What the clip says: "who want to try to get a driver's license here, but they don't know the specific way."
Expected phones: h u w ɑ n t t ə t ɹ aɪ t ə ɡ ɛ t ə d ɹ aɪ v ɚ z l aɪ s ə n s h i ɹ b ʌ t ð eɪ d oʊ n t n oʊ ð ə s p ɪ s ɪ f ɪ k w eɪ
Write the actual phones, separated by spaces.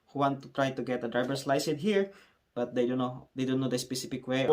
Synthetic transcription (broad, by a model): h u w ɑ n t t ə t ɹ aɪ t ə ɡ ɛ t ə d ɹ aɪ b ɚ s l aɪ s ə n h i ɹ b ʌ t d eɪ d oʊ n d n oʊ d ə s p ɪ s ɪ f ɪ k w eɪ